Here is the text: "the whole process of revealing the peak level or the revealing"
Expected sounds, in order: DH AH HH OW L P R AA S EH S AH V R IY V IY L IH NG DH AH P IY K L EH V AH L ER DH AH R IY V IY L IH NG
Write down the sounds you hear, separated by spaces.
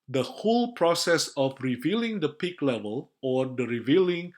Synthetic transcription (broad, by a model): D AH HH OW L P R AA S EH S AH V R IY V IY L IH NG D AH P IY K L EH V AH L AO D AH R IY V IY L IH NG